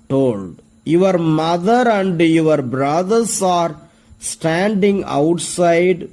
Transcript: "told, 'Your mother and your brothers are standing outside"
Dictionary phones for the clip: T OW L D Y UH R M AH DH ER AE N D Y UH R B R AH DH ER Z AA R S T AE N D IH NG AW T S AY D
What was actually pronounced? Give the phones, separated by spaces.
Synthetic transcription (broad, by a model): T OW L D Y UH R M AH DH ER AE N D Y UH R B R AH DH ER S AA R S T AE N D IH NG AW T S AY D